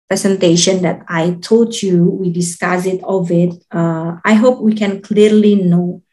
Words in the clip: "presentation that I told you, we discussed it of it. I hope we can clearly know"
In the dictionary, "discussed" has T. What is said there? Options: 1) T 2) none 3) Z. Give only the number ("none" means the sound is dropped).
2